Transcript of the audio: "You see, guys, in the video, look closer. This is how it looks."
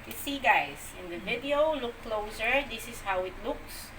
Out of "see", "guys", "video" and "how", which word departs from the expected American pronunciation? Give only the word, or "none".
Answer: guys